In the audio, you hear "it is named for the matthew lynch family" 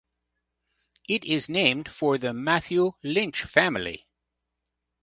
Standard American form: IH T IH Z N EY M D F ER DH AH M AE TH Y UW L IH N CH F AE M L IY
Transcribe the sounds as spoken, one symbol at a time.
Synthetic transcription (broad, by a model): IH T IH Z N EY M D F ER DH AH M AE TH Y UW L IH N CH F AE M L IY